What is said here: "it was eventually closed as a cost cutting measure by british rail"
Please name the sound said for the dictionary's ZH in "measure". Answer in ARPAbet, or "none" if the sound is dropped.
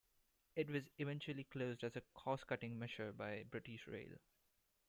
SH